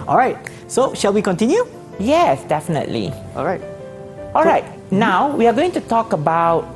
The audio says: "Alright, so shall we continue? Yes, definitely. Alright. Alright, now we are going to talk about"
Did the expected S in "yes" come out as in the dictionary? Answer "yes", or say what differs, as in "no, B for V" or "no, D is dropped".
yes